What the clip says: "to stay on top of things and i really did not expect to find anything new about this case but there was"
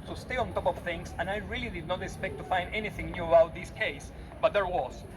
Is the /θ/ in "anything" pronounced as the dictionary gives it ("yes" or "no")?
yes